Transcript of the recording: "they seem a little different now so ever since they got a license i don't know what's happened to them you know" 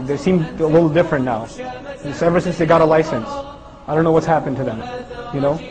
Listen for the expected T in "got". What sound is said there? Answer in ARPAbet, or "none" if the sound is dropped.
T